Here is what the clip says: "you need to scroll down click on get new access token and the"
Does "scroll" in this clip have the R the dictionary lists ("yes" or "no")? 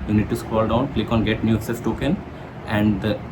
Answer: no